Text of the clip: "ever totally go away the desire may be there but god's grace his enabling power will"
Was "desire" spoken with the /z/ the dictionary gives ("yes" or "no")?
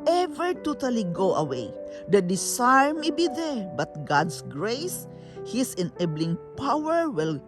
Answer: no